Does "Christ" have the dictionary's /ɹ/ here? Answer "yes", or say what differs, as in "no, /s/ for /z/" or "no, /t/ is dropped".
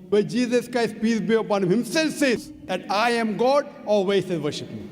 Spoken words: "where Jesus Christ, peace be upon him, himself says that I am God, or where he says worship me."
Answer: yes